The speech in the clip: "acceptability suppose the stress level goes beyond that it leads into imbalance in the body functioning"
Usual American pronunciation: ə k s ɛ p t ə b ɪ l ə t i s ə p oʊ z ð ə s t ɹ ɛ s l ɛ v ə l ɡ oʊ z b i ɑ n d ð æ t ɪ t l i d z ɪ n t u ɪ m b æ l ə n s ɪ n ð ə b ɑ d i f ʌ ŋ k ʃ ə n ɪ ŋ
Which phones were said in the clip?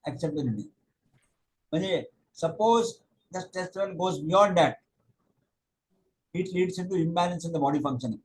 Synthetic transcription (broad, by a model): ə k s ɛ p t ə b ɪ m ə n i s ə p oʊ z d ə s t ɛ s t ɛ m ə n ɡ oʊ z b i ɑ n d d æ t ɪ t l i d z ɪ n t u ɪ m b æ l ə n s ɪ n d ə b ɑ d i f ʌ ŋ k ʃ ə n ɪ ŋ